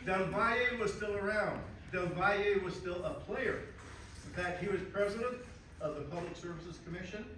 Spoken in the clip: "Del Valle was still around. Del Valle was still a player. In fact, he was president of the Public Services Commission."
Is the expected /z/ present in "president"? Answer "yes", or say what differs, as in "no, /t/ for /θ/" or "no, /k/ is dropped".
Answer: yes